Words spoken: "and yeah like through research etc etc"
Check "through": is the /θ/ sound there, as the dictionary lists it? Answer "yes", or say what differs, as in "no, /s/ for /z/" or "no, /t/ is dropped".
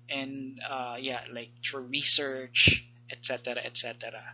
no, /f/ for /θ/